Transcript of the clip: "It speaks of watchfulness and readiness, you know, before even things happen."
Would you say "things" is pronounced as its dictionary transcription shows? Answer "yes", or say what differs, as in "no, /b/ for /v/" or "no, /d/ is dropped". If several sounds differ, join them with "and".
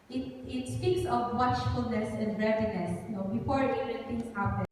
no, /t/ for /θ/